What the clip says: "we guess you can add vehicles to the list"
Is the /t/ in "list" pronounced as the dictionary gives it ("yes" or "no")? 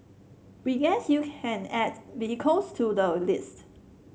yes